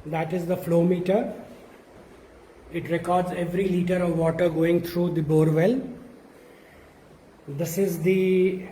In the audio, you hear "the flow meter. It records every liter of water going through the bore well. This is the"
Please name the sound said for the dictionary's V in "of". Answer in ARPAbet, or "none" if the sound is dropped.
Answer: V